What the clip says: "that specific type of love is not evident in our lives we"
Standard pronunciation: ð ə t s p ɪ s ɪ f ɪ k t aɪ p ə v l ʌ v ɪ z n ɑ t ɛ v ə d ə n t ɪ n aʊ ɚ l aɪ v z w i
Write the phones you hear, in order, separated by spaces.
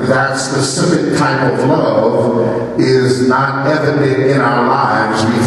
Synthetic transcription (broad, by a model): ð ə t s p ɪ s ɪ f ɪ k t aɪ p ə v l ʌ v ɪ z n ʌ t ɛ v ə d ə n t ɪ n aʊ ɚ l aɪ v z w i